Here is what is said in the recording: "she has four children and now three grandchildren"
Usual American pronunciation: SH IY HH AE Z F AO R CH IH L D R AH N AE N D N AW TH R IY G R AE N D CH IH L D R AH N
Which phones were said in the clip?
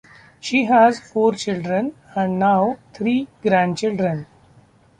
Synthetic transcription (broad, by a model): SH IY HH AE Z F AO R CH IH L D R AH N AE N D N AW T R IY G R AE N D CH IH L D R AH N